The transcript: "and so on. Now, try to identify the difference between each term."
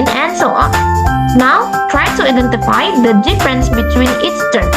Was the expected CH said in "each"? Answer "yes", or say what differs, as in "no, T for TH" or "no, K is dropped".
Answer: no, S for CH